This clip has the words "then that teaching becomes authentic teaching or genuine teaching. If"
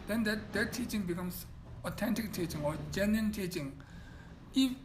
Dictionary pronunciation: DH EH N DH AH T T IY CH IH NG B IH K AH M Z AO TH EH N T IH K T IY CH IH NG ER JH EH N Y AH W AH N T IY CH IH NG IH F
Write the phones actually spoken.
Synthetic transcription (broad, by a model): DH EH N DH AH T T IY CH IH NG B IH K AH M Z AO T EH N T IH K T IY CH IH NG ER JH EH N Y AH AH N T IY CH IH NG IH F